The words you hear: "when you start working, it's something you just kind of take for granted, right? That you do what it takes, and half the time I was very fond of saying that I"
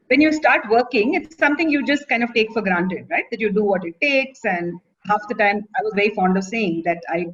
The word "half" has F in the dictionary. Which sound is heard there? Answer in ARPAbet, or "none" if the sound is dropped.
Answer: F